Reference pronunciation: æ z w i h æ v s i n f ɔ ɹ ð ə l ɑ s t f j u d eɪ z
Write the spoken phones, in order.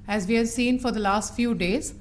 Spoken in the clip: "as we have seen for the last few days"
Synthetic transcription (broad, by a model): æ z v i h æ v s i n f ɔ ɹ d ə l ɑ s t f j u d eɪ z